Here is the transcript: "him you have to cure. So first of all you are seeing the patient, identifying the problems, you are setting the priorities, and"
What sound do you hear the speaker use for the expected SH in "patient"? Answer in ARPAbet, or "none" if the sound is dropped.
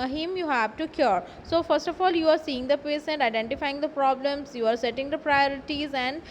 S